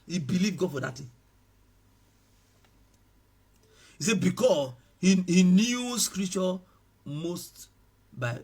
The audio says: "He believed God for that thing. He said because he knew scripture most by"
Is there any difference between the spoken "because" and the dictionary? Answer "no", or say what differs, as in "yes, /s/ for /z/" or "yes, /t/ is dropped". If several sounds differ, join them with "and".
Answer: yes, /s/ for /z/